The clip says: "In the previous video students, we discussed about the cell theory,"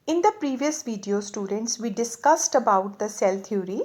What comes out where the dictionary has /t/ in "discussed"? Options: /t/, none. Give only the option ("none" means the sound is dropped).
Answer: /t/